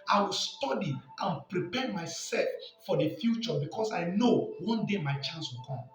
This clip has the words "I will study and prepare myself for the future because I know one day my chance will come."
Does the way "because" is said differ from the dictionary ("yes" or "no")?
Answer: yes